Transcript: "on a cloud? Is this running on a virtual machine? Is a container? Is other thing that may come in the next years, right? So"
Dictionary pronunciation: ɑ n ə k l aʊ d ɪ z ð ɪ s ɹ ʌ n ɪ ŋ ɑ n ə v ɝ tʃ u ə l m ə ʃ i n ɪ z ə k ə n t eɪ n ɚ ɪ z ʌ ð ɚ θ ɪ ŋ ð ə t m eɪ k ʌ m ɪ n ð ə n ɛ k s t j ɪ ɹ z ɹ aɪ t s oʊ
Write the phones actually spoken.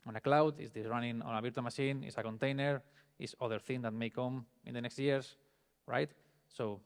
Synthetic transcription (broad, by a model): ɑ n ə k l aʊ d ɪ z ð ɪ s ɹ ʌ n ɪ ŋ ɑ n ə b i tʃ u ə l m ə ʃ i n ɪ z ə k ə n t eɪ n ɚ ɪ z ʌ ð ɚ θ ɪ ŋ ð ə t m eɪ k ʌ m ɪ n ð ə n ɛ k s t j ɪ ɹ s ɹ aɪ t s oʊ